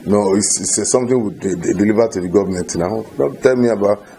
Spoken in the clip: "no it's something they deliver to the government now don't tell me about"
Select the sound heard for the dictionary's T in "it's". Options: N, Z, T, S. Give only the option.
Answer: S